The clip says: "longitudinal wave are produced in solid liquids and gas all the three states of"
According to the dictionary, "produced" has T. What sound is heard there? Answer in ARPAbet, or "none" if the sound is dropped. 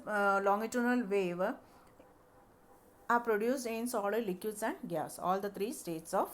none